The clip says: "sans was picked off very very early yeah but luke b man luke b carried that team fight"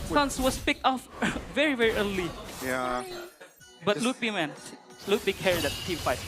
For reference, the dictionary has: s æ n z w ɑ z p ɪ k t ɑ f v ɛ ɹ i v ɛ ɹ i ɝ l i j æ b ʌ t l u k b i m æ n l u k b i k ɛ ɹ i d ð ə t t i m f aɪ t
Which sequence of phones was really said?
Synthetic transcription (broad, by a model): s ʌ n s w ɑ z p ɪ k t ɑ f v ɛ ɹ i v ɛ ɹ i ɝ l i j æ b ʌ t l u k b i m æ n l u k b i k ɛ ɹ i d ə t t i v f aɪ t